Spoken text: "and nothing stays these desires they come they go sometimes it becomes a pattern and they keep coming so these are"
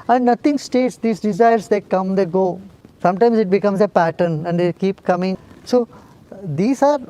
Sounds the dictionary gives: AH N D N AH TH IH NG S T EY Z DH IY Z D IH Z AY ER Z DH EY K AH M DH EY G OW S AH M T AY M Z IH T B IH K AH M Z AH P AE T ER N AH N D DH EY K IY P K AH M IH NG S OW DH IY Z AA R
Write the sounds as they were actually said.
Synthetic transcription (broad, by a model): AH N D N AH T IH NG S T EY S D IY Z D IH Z AY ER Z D EY K AH M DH EY G OW S AH M T AY M Z IH T B IH K AH M Z AH P AE T ER N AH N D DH EY K IY P K AH M IH NG S OW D IY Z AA R